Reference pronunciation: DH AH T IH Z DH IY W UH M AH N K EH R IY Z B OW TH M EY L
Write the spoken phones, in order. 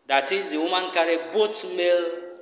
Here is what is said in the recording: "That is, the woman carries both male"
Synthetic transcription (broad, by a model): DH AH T IH Z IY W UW M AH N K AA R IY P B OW T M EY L